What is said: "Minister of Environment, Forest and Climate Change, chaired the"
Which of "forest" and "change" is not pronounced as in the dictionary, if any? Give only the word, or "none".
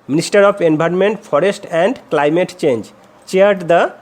forest